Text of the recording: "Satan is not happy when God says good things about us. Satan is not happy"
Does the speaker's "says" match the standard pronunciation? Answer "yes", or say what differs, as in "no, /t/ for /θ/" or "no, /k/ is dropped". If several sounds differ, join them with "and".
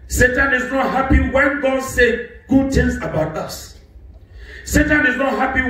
no, /z/ is dropped